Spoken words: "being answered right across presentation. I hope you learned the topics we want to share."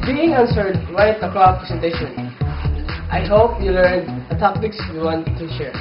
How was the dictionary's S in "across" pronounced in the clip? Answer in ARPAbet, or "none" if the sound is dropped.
none